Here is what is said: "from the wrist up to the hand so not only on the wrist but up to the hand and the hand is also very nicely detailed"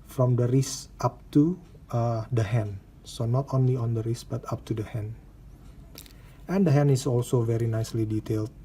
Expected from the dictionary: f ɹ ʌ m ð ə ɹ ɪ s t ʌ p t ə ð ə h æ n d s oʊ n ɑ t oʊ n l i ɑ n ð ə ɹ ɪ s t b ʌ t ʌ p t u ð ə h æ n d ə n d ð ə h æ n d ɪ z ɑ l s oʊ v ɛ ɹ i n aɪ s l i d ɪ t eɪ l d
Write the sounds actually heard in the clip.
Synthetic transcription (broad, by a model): f ɹ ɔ m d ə ɹ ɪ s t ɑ p t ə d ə h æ n s oʊ n ɑ t oʊ n l i ɑ n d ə ɹ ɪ s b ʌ t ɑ p t u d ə h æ n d ə n d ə h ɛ n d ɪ s ɑ l s oʊ v ɛ ɹ i n aɪ s l i d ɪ t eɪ l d